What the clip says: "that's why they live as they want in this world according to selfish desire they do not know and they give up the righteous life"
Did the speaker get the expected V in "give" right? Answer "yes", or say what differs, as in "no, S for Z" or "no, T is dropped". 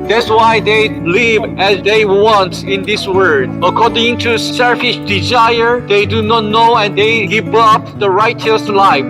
no, P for V